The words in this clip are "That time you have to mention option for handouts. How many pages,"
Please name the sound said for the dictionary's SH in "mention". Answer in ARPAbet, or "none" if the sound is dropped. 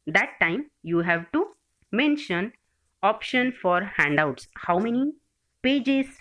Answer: SH